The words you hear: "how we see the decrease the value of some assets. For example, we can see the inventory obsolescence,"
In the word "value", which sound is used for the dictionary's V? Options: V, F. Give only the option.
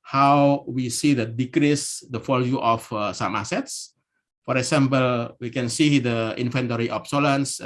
F